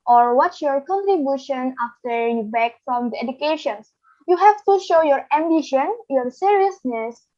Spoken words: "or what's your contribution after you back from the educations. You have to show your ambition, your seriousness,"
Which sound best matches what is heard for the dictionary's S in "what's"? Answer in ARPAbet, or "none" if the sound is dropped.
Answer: none